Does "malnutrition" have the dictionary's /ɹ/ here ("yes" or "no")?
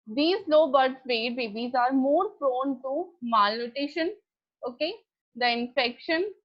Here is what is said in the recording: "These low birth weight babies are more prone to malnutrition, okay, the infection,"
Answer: no